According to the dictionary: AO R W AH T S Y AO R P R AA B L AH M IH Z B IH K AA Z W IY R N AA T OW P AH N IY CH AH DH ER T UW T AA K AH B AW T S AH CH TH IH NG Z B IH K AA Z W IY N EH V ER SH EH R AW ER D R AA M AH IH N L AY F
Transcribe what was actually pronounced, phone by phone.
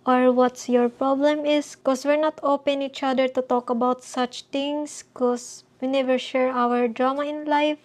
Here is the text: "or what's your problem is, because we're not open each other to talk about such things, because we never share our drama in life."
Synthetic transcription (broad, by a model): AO R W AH T S Y AO R P R AA B L AH M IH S K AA S W IY R N AA T OW P AH N IY CH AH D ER T UW T AA K AH B AW T S AH CH T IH NG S K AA S W IY N EH V ER SH EH R AW ER D R AA M AH IH N L AY F